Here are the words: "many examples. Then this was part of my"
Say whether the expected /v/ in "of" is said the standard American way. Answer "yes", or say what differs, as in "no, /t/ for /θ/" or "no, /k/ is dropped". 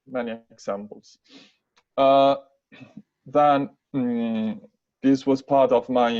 yes